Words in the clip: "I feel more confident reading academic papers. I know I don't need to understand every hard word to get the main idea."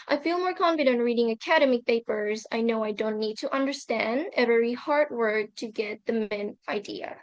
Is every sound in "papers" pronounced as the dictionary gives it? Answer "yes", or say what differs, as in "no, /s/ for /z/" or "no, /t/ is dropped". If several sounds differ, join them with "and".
yes